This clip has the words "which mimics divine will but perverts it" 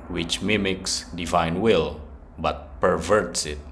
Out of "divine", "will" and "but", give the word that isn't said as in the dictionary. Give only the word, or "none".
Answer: none